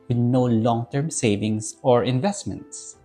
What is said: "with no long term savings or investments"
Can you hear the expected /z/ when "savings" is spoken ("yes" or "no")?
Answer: no